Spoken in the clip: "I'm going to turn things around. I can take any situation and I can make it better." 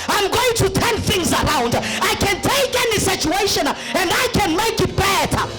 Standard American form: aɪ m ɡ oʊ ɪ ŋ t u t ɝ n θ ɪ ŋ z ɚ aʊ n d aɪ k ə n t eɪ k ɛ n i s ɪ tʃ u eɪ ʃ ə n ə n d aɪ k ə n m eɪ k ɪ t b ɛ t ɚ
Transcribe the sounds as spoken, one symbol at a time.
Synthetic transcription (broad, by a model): aɪ m ɡ oʊ ɪ ŋ t u t ɝ n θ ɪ ŋ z ɚ aʊ n d aɪ k ə n t eɪ k ɛ n i s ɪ tʃ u eɪ ʃ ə n ə n d aɪ k ə n m eɪ k ɪ t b ɛ t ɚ